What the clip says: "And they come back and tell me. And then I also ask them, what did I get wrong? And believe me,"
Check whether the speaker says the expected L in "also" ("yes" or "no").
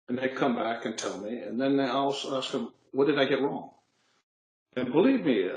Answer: no